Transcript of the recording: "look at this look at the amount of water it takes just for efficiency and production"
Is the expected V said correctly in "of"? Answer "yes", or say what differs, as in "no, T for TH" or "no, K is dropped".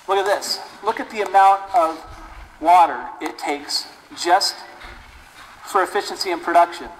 yes